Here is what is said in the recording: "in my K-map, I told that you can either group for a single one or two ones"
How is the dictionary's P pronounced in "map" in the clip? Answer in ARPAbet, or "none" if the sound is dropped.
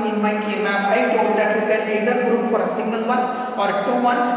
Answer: B